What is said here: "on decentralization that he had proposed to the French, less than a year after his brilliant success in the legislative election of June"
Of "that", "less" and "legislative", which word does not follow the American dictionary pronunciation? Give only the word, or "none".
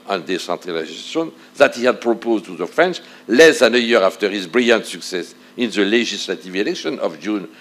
legislative